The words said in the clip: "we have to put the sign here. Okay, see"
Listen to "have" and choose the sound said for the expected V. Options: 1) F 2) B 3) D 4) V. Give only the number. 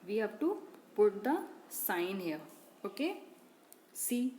2